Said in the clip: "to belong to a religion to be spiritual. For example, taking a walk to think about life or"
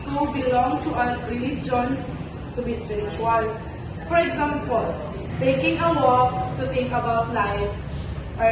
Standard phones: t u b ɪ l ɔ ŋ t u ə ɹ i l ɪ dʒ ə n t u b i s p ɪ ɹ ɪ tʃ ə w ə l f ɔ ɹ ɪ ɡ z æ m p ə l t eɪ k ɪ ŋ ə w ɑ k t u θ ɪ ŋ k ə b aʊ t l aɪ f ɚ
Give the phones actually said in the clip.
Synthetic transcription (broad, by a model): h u b ɪ l ɔ ŋ t u ə ɹ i l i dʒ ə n t u b i s p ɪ ɹ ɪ tʃ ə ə l f ɔ ɹ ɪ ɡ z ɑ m p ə l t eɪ k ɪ ŋ ə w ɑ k t u t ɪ ŋ k ə b aʊ t l aɪ f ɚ